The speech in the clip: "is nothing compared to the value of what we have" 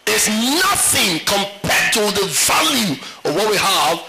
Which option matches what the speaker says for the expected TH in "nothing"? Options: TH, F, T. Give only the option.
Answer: TH